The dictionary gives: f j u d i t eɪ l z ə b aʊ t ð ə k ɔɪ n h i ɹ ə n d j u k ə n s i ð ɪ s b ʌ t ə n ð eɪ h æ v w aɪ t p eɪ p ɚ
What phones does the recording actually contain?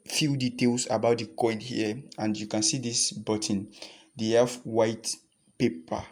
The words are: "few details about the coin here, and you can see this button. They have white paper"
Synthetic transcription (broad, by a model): f j u d i t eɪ l s ə b aʊ t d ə k ɔɪ n h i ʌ ə n d j u k ə n s i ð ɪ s b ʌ t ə n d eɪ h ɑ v w aɪ t p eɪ p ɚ